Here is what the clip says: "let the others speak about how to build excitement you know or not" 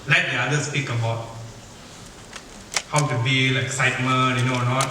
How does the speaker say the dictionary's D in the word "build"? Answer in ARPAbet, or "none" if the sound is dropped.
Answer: none